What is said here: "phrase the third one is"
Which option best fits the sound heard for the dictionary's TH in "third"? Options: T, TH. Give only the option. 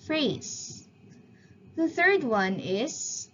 TH